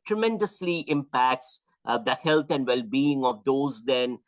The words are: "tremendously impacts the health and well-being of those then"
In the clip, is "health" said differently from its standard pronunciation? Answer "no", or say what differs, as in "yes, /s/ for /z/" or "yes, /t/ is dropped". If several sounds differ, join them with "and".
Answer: yes, /t/ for /θ/